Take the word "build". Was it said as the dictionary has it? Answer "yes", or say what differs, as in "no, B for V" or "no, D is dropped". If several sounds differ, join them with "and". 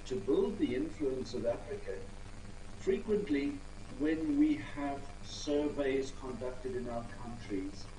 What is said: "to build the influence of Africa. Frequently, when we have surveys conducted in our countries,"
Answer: yes